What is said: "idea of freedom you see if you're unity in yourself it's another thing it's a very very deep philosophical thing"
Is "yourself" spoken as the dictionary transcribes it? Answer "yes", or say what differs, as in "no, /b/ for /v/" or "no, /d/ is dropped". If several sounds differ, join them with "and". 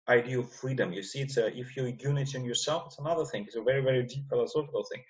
yes